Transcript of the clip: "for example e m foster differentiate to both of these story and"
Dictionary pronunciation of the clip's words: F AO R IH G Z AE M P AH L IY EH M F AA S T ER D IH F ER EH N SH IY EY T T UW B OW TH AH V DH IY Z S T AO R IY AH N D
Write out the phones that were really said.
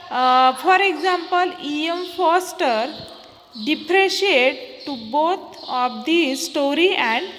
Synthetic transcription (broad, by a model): F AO R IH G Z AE M P AH L IY EH M F AA S T ER D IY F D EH SH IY EY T T UW B OW T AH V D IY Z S T AO R IY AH N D